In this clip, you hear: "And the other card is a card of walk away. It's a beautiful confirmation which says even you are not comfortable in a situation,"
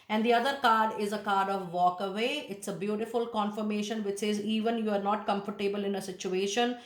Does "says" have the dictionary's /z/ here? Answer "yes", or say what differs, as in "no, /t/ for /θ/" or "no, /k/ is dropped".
yes